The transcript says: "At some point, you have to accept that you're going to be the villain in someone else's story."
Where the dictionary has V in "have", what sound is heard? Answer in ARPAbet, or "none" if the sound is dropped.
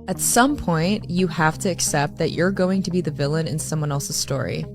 F